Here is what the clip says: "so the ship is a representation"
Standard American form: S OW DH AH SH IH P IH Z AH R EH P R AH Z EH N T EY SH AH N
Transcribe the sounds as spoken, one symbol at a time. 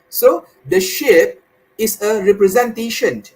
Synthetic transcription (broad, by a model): S OW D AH SH IH P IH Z AH R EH P R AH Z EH N T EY SH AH N